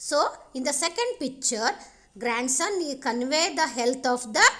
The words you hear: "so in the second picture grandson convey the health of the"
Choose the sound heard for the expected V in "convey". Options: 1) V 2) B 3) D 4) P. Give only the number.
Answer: 1